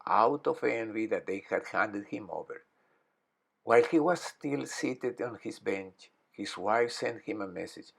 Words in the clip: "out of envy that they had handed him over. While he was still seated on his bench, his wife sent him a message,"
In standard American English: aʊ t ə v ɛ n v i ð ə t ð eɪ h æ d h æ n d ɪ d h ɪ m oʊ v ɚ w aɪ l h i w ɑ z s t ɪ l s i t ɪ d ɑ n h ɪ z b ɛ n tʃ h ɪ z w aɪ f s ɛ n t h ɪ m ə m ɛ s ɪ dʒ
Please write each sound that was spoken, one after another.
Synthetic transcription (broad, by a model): aʊ t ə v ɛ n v i ð ə t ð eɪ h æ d h æ n d ɪ d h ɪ m oʊ v ɚ w aɪ l h i w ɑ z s t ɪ l s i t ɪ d ɑ n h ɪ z b ɛ n tʃ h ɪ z w aɪ f s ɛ n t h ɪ m ə m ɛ s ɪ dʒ